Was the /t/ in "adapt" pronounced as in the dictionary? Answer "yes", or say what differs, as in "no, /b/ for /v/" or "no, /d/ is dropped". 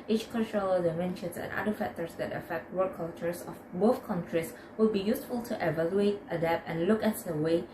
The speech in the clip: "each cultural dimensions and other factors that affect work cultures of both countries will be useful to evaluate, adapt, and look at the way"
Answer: no, /t/ is dropped